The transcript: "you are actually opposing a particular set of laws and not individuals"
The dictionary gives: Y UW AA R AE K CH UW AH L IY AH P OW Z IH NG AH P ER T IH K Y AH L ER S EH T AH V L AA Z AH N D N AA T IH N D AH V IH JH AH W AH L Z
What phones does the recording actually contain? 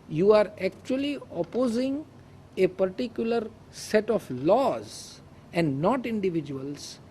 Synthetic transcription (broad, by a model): Y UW AA R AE K CH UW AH L IY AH P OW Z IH NG AH P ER T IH K Y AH L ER S EH T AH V L AA Z AH N D N AA T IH N D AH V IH JH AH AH L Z